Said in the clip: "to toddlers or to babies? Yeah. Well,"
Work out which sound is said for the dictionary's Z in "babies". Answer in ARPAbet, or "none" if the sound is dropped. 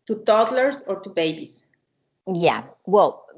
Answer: S